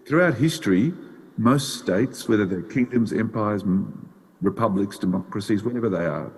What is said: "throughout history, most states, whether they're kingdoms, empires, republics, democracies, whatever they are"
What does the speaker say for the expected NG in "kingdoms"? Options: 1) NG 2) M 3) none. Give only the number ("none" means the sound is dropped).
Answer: 1